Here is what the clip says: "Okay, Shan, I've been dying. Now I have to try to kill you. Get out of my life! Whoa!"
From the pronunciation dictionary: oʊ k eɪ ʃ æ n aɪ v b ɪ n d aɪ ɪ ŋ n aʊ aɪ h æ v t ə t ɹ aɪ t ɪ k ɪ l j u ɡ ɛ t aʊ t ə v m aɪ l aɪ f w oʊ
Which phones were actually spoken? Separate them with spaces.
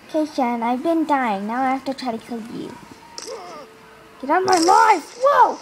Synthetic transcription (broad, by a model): k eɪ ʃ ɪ n aɪ v b ɪ n d aɪ ɪ ŋ n aʊ aɪ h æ f t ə t ɹ aɪ t ɪ k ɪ l j u ɡ ɛ t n m aɪ l aɪ f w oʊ